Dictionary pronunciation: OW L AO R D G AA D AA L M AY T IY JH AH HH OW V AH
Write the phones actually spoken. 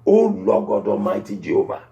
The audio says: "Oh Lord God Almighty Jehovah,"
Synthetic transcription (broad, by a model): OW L AO G AA D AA M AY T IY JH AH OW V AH